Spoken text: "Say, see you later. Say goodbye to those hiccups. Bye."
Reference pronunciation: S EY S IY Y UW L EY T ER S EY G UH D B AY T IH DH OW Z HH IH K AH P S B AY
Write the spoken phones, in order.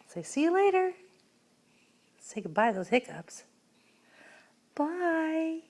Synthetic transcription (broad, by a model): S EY S IY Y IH L EY T ER S EY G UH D B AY IH DH OW Z HH IH K AH P S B AY